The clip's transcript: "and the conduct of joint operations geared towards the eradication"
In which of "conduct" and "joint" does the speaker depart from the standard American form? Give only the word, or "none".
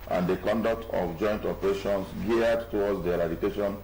none